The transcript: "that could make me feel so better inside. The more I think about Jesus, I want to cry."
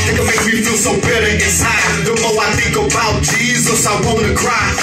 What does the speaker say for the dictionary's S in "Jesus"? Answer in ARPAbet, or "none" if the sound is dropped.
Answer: S